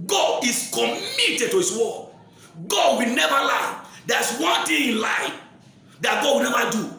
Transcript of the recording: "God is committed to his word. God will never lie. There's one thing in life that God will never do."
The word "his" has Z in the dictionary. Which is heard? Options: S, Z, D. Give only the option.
S